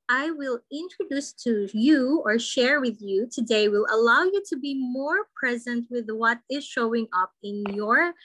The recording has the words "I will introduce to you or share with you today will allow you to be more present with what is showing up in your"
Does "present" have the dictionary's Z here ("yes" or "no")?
yes